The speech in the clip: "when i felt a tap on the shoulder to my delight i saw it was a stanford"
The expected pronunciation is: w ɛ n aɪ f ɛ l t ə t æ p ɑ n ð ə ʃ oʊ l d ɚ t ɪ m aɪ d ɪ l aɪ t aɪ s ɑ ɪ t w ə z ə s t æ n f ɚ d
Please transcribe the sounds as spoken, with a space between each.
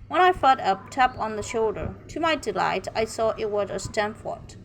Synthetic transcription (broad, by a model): w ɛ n aɪ f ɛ t ə t æ p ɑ n ð ə ʃ oʊ l d ɚ t ɪ m aɪ d ɪ l aɪ t aɪ s ɑ ɪ t w ə z ə s t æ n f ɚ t